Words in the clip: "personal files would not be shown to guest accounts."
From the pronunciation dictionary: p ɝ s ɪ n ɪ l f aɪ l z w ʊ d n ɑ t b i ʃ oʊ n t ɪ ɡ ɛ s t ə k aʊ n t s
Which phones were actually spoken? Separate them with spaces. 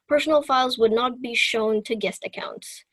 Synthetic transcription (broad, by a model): p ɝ s n l f aɪ l z w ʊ d n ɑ t b i ʃ oʊ n t ɪ ɡ ɛ s t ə k aʊ n t s